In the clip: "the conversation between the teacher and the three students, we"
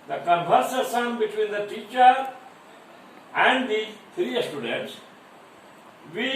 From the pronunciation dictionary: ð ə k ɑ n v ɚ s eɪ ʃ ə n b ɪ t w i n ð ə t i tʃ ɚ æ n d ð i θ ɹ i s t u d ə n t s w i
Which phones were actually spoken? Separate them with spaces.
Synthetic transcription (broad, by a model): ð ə k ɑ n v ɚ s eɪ s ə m b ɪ t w i n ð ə t i tʃ ɚ æ n d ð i t ɹ i s t u d ə n t s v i